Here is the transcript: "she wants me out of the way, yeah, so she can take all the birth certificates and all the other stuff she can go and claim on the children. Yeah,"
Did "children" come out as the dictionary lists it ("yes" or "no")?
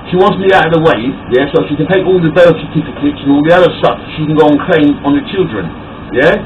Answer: yes